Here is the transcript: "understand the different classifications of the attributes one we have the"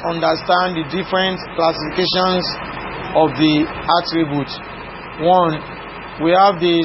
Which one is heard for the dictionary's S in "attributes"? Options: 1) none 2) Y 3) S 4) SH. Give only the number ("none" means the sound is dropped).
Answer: 1